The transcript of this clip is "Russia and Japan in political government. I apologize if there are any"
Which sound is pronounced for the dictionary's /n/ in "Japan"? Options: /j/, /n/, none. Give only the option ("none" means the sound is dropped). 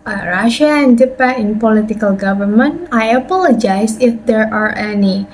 none